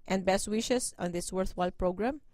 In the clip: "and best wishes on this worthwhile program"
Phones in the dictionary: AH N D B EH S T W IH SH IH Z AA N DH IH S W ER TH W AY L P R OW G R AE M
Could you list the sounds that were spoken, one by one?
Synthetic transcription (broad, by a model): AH N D B EH S T W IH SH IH S AA N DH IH S W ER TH W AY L P R OW G R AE M